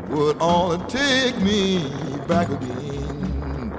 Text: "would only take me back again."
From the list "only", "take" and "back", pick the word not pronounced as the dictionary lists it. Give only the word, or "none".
only